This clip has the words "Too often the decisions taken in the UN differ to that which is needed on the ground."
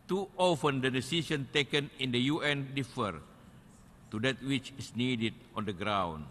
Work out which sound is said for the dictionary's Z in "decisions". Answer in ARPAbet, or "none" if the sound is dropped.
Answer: none